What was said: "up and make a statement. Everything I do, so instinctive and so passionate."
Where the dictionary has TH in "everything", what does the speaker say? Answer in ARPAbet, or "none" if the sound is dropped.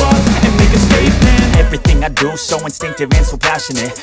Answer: TH